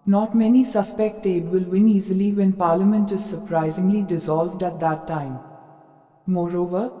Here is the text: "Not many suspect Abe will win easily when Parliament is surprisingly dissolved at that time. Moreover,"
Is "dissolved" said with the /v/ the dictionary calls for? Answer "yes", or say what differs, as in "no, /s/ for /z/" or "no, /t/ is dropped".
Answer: yes